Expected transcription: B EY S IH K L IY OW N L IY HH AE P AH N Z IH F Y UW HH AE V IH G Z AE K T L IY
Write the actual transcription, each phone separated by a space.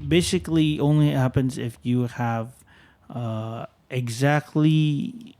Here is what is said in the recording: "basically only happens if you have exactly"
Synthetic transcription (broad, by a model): B EY S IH K L IY OW N L IY HH AE P AH N Z IH F Y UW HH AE V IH G Z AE K T L IY